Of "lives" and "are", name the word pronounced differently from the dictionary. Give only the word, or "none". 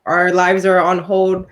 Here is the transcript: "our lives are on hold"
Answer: none